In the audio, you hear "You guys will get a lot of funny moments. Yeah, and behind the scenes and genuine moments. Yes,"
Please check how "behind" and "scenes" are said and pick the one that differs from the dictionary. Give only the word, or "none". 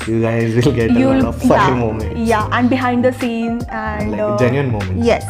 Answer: scenes